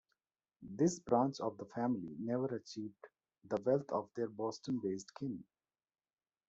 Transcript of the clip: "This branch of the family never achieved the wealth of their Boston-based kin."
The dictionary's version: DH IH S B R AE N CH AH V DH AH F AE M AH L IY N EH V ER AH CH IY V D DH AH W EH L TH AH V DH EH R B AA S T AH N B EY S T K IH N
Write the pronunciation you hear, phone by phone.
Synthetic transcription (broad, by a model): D IH S B R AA N CH AH V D AH F AE M AH L IY N EH V ER AH CH IY V D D AH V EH L T AH V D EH R B AA S T AH N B EY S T K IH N